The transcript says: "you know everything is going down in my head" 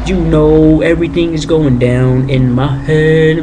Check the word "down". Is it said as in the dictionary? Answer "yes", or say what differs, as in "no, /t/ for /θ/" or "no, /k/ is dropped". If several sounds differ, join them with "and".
yes